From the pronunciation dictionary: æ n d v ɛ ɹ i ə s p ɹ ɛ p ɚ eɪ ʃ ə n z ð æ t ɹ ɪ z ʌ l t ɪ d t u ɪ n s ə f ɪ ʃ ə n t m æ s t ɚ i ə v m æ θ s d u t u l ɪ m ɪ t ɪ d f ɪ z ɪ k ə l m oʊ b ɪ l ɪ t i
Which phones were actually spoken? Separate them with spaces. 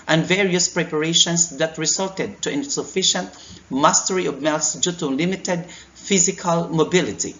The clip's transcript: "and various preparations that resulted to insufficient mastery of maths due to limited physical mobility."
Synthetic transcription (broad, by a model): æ n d v ɛ ɹ i ə s p ɹ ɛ p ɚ eɪ ʃ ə n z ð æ t ɹ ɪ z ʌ l t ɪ d t u ɪ n s ə f ɪ ʃ ə n t m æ s t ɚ i ə v m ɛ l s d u t u l ɪ m ɪ t ɪ d f ɪ z ɪ k ə l m oʊ b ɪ l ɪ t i